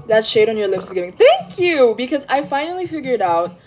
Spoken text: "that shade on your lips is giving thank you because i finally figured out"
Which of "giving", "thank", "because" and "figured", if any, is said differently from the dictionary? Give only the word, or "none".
none